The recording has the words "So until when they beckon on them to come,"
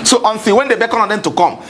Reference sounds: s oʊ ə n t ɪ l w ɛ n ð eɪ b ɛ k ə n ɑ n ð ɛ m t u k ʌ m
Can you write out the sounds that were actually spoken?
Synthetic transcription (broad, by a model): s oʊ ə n s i w ɛ n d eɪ b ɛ k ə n ɑ n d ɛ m t u k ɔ m